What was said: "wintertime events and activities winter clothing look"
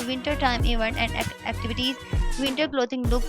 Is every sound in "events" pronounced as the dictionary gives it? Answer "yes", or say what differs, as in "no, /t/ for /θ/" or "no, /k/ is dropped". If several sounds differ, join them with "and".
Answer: no, /s/ is dropped